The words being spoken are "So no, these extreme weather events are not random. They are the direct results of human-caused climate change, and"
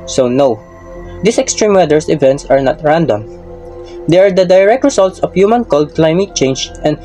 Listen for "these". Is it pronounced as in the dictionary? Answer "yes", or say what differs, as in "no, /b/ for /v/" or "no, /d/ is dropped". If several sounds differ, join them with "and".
no, /s/ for /z/